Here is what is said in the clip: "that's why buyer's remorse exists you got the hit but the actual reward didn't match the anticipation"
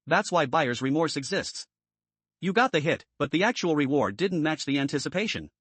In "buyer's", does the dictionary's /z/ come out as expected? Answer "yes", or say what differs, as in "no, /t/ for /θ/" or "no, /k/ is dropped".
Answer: yes